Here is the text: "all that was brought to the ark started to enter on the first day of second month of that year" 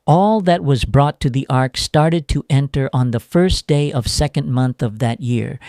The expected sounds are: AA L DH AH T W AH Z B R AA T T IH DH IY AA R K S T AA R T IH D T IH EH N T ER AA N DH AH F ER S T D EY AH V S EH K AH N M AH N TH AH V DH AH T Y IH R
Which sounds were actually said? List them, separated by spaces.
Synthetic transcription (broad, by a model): AA L DH AH T W AH Z B R AA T T IH DH IY AA R K S T AA R T IH D T IH EH N T ER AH N DH AH F ER S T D EY AH V S EH K AH N M AH N TH AH V DH AH T Y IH R